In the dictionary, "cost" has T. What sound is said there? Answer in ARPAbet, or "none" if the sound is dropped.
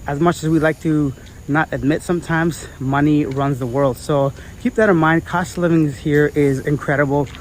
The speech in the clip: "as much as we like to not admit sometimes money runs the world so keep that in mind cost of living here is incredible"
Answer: T